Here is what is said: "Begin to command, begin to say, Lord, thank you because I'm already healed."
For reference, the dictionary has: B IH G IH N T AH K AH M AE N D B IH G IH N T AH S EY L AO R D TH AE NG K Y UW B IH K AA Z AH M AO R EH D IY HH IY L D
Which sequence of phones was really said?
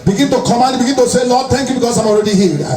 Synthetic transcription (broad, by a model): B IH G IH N T AH K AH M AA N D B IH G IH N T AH S EY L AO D T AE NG K Y UW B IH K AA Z AH M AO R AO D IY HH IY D